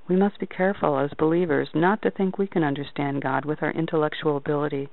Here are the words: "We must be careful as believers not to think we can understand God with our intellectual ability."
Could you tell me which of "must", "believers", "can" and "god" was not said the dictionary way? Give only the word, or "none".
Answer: none